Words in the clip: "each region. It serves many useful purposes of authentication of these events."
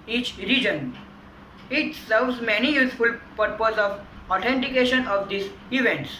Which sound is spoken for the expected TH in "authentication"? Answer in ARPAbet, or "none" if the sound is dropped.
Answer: T